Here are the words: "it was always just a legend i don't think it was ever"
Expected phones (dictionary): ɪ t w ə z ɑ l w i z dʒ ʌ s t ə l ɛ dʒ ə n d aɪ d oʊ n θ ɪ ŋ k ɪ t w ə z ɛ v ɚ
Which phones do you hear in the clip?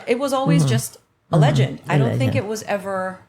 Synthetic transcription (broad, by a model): ɪ t w ə z ɑ l w i z dʒ ʌ s t ə l ɛ dʒ ə n d aɪ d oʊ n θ ɪ k ɪ t w ə z ɛ v ɚ